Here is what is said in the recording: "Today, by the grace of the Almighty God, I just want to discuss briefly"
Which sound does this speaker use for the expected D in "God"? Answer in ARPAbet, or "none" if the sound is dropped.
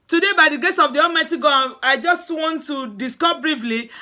none